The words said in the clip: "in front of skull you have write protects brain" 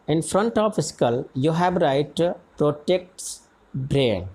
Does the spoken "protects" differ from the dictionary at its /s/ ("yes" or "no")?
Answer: no